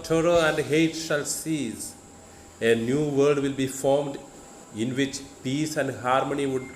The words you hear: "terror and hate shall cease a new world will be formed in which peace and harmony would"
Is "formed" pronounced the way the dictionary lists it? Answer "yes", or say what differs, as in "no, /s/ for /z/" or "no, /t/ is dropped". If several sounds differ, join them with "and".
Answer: yes